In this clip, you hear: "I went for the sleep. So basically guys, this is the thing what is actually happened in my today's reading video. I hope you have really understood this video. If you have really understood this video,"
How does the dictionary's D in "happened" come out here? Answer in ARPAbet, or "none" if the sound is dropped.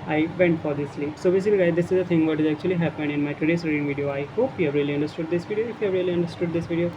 none